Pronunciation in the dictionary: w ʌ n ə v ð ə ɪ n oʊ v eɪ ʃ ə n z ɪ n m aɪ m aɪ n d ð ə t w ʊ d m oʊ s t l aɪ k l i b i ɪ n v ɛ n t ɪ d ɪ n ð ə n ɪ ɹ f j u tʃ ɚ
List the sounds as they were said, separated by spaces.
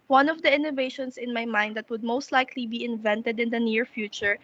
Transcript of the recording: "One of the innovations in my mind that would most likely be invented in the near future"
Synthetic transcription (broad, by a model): w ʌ n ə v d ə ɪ n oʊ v eɪ ʃ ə n s ɪ n m aɪ m aɪ n d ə t w ʊ d m oʊ s t l aɪ k l i b i ɪ n v ɛ n t ɪ d ɪ n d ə n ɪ ɹ f j u tʃ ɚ